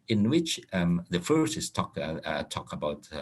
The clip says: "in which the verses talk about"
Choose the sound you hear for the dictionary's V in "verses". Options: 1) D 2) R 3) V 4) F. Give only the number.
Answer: 4